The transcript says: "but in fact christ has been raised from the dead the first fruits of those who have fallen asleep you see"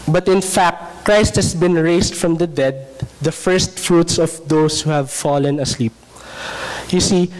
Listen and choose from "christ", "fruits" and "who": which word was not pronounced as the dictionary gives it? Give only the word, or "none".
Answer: none